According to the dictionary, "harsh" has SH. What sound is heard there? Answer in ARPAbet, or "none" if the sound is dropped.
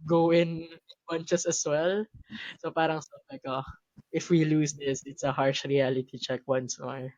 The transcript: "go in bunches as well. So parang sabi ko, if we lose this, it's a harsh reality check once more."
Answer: SH